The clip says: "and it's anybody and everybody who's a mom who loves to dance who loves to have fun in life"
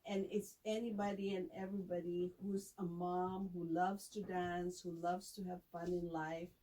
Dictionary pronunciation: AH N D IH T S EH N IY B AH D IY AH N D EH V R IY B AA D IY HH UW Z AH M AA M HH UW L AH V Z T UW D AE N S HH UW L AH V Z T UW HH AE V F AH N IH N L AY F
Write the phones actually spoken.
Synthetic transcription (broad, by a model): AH N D IH T S EH N IY B AH D IY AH N EH V R IY B AA D IY HH UW Z AH M AA M HH UW L AH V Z T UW D AE N S HH UW L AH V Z T UW HH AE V F AH N IH N L AY F